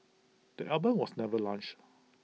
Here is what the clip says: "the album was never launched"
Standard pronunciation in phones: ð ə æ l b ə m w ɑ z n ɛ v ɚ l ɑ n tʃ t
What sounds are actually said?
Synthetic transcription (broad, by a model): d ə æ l b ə m w ɑ s n ɛ v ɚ l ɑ n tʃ